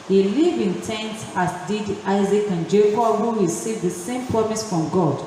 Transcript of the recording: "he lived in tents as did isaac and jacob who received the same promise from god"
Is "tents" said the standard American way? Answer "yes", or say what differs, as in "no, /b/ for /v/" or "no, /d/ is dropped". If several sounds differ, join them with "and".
no, /s/ is dropped